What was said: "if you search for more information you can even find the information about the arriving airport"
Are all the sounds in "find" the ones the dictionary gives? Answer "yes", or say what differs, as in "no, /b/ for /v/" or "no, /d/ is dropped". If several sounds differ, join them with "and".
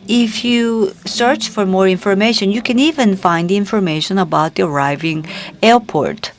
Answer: yes